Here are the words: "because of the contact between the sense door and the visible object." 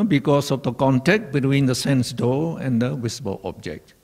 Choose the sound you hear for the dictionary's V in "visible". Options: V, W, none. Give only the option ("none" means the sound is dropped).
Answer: W